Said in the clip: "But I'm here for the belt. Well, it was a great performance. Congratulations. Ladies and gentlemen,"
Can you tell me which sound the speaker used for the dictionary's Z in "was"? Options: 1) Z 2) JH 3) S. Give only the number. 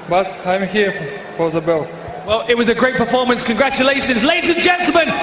1